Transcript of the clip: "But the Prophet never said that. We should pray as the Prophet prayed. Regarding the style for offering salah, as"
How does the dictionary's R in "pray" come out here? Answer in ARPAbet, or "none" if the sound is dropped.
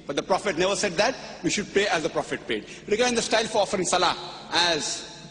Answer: none